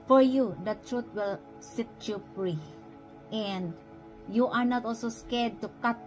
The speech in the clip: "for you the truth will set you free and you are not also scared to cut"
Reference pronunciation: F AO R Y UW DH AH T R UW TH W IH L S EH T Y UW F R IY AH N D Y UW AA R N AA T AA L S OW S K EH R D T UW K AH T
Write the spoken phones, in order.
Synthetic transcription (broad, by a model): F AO R Y UW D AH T R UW T W IH L S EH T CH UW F R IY AH N D Y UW AA R N AA T AA L S OW S K EH R D T UW K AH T